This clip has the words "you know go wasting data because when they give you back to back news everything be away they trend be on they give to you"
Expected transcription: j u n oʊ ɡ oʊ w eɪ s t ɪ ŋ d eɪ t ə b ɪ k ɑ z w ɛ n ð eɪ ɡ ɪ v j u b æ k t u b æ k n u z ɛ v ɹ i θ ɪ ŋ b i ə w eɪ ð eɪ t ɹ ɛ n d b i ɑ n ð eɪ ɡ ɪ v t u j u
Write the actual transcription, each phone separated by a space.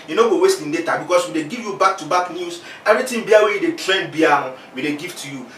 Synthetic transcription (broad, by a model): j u n oʊ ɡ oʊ w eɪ s t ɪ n d eɪ t ə b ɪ k ɑ s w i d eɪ ɡ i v j u b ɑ k t u b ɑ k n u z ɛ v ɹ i t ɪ b i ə w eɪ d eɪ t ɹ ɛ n b i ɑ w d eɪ ɡ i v t u j u